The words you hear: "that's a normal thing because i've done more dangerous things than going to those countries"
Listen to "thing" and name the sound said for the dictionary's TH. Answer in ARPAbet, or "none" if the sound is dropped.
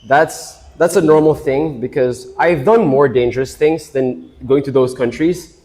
TH